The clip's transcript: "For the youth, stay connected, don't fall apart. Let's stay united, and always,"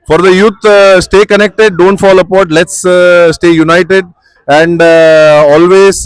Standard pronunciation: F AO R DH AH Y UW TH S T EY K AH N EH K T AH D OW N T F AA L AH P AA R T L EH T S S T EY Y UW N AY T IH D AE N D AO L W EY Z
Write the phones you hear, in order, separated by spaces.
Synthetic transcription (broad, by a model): F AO R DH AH Y UW T S T EY K AH N EH K T AH D OW N T F AA L AH P AA R T L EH T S S T EY Y UW N AY T IH D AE N D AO L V EY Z